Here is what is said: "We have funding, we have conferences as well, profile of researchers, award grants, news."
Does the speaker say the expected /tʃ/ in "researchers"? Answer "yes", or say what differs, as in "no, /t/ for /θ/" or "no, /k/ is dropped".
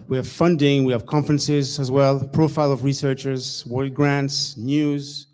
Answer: yes